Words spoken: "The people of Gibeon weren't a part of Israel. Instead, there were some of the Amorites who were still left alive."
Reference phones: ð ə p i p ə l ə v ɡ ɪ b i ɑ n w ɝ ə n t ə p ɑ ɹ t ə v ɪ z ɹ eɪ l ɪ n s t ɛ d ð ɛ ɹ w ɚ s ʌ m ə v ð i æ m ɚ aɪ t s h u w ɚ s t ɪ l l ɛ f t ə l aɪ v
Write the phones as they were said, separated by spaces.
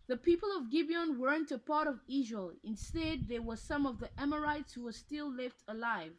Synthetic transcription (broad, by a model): ð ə p i p ə l ə v ɡ ɪ b i ɑ n w ɝ ə n t ə p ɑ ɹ t ə v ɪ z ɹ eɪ l ɪ n s t ɛ d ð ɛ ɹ w ɚ s ʌ m ə v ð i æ m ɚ aɪ t s h u w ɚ s t ɪ l l ɛ f t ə l aɪ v